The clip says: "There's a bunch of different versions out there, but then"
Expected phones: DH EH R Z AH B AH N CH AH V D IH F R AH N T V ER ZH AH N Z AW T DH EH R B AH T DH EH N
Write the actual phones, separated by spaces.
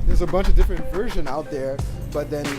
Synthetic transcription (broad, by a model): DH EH R Z AH B AH N CH AH V D IH F R AH N T V ER ZH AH N AW T DH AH R B AH T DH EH N